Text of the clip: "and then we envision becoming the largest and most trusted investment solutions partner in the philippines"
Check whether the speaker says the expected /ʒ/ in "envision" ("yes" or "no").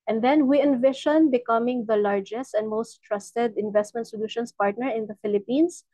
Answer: no